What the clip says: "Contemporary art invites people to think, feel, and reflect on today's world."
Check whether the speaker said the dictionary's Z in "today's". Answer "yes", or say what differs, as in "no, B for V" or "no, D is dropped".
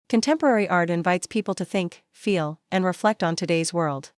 yes